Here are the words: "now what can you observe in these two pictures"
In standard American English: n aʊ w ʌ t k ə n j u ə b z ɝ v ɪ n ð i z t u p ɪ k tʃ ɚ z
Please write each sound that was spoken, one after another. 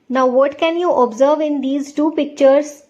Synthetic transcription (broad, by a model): n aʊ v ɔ t k ə n j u ə b z ɝ v ɪ n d i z t u p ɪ k tʃ ɚ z